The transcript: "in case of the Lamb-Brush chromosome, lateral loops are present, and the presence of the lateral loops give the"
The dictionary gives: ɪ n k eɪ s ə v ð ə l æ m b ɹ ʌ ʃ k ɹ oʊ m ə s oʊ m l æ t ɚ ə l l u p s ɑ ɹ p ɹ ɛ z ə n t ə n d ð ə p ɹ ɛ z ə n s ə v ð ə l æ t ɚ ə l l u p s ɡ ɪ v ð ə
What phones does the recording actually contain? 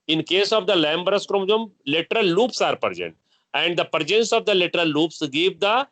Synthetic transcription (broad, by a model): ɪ n k eɪ s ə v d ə l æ m b ɹ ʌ s k ɹ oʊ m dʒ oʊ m l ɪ t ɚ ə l l u p s ɑ ɹ p ɹ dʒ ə n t ə n d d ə p ɹ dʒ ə n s ə v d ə l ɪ t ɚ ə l l u p s ɡ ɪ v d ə